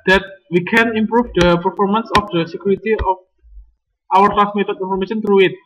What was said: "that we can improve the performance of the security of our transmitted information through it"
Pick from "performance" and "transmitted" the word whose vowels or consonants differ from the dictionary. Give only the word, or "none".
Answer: transmitted